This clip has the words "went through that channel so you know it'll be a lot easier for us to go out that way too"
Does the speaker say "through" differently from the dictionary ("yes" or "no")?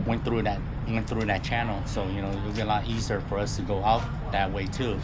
no